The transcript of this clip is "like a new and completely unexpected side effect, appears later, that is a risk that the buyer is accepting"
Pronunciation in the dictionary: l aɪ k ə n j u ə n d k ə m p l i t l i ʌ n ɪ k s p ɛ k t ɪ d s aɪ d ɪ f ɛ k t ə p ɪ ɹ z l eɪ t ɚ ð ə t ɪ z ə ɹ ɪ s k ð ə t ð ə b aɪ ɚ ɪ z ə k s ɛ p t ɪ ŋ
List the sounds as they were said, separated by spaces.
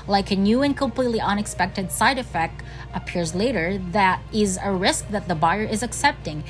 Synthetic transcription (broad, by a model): l aɪ k ə n j u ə n k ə m p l i t l i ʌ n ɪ k s p ɛ k t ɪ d s aɪ d ɪ f ɛ k t ə p ɪ ɹ z l eɪ t ɚ ð ə t ɪ z ə ɹ ɪ s k ð ə t ð ə b aɪ ɚ ɪ z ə k s ɛ p t ɪ ŋ